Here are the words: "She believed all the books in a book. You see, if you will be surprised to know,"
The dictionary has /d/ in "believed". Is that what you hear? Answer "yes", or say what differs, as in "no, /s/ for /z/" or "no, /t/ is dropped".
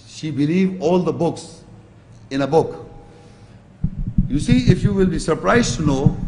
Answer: no, /d/ is dropped